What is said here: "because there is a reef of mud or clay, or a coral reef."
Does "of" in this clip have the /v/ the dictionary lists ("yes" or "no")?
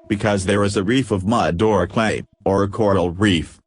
yes